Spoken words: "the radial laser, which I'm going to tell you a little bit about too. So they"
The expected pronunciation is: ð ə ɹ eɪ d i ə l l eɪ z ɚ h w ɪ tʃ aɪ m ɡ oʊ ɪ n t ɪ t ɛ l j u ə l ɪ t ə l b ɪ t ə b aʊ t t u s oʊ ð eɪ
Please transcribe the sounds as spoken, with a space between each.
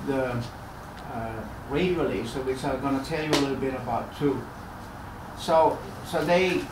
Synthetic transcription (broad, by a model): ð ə ɹ eɪ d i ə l l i s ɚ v w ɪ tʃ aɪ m ɡ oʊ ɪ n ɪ t ɛ l j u ə l ɪ t l b ɪ t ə b aʊ t s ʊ s oʊ ð eɪ